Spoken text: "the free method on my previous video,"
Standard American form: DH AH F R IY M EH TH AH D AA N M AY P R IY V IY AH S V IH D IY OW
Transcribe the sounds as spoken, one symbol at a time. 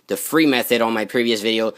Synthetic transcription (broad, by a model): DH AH F R IY M EH TH AH D N M AY P R IY V IY AH S V IH D IY OW